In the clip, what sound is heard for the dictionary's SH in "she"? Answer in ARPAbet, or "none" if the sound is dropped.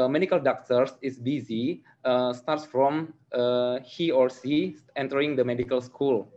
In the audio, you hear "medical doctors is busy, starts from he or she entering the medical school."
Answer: S